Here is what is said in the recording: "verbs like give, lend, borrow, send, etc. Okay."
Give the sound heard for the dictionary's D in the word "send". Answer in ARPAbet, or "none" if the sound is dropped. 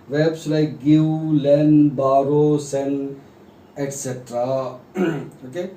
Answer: none